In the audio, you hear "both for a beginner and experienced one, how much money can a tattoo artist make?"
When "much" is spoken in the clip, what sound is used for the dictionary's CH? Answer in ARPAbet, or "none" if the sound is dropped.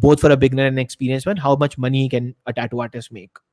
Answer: CH